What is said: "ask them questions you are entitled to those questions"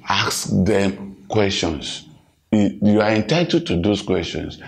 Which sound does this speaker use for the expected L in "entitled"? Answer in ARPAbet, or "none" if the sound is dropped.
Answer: none